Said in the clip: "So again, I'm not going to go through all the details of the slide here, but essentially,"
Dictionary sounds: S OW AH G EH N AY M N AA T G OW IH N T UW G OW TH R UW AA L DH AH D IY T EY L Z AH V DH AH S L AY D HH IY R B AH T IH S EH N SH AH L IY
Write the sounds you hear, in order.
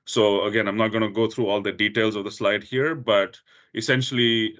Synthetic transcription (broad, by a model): S OW AH G EH N AY M N AA T G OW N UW G OW T R UW AA L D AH D IY T EY L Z AH V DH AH S L AY D HH IY R B AH T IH S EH N SH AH L IY